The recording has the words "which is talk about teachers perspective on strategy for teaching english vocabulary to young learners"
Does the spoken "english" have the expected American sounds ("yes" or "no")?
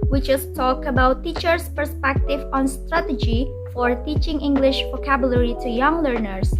yes